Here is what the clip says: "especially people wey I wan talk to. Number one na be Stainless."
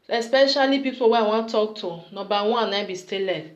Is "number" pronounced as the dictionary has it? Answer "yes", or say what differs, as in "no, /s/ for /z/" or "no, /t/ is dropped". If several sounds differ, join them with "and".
no, /m/ is dropped